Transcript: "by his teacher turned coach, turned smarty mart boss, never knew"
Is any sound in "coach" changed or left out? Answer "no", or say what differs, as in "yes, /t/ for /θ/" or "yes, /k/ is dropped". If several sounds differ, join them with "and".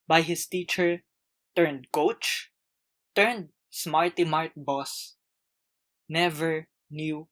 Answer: no